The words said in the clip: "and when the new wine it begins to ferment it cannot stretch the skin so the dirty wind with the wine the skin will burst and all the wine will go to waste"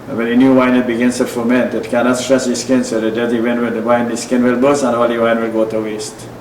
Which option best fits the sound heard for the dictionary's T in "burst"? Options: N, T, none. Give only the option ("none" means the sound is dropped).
none